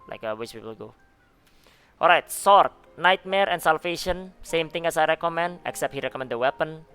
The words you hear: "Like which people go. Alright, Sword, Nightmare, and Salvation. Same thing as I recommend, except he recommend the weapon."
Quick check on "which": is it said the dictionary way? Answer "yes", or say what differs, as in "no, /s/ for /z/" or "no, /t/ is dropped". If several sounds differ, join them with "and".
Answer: no, /s/ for /tʃ/